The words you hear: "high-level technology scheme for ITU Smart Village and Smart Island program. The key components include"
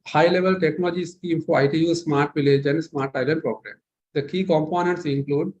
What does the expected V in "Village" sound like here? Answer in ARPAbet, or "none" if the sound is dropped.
V